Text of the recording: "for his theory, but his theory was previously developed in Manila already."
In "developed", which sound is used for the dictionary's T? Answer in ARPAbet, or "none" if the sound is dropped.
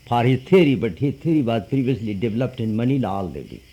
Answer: T